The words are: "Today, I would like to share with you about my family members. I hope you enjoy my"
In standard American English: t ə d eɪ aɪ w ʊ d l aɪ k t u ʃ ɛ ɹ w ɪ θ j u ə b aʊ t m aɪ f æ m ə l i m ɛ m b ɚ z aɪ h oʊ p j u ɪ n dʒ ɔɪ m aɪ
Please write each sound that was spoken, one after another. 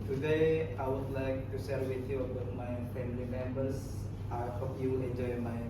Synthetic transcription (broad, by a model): t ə d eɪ aɪ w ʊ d l aɪ k t u s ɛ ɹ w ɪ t j u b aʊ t m aɪ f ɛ m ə l i m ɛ m b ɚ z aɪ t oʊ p j u ɪ n dʒ ɔɪ m aɪ